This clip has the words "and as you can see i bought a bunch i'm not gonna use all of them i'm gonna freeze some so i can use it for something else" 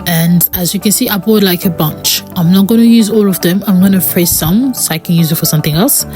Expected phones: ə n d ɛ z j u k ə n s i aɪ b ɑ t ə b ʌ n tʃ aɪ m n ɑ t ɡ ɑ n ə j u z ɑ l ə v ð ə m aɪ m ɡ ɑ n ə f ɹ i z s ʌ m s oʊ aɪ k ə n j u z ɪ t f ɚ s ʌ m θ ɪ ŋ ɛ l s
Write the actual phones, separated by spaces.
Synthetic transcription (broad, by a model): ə n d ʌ z j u k ə n s i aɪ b ɑ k ə b ʌ n tʃ aɪ m n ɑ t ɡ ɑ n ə j u z ɑ l ə v ð ə m aɪ m ɡ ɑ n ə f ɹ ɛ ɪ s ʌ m s oʊ aɪ k ə n j u z ɪ t f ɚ s ʌ m θ ɪ ŋ ɛ l s